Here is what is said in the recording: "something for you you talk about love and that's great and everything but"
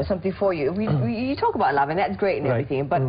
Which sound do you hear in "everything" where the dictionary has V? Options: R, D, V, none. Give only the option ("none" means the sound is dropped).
none